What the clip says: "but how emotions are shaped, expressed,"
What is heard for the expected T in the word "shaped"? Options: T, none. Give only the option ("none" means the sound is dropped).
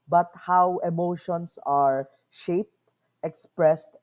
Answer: T